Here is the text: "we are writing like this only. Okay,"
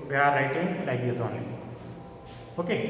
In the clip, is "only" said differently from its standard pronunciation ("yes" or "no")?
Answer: yes